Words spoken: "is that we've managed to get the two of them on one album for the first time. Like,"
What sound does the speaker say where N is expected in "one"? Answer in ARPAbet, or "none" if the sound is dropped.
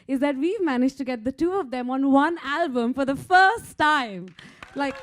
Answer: N